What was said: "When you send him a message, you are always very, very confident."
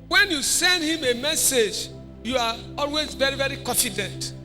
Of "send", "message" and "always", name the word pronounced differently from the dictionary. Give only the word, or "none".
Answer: none